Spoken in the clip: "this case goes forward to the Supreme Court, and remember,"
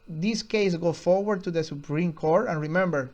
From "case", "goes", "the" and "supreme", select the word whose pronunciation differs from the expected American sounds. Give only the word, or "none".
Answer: goes